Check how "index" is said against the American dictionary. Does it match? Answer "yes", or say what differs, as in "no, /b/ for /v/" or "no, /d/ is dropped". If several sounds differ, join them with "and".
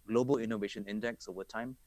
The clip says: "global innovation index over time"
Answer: yes